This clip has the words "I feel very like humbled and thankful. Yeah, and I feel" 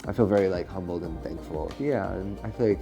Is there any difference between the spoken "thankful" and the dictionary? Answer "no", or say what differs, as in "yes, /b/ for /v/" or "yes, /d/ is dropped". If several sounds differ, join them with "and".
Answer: no